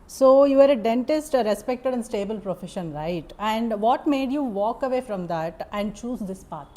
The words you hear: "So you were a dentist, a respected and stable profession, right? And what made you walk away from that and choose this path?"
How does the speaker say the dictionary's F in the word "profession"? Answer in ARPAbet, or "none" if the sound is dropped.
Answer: F